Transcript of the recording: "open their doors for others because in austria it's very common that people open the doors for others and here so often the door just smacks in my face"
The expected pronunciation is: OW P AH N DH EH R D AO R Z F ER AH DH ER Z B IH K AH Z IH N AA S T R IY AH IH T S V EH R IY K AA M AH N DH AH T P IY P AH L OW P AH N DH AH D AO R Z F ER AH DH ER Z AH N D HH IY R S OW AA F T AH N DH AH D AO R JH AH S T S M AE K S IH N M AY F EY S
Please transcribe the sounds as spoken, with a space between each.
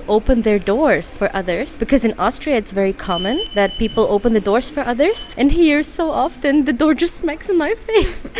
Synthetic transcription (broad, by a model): OW P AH N DH EH R D AO R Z F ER AH DH ER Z B IH K AH Z IH N AA S T R IY AH IH T S V EH R IY K AA M AH N DH AH T P IY P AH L OW P AH N DH AH D AO R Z F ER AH DH ER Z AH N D HH IY R S OW AA F T AH N DH AH D AO R JH AH S T S M AE K S IH N M AY F EY S